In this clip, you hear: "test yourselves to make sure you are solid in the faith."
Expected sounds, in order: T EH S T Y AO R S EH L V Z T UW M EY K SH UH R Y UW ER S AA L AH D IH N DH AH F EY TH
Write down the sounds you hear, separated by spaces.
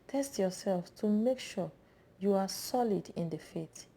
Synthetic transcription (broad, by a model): T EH S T Y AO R S EH L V T UW M EY K SH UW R Y UW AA S AA L AH D IH N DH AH F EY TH